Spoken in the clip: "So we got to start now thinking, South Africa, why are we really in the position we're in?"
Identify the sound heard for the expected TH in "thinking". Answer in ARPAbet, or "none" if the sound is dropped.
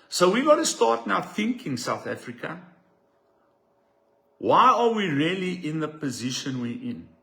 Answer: TH